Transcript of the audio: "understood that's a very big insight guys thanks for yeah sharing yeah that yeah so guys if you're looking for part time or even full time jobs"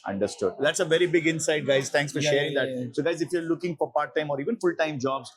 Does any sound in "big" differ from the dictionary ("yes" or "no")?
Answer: no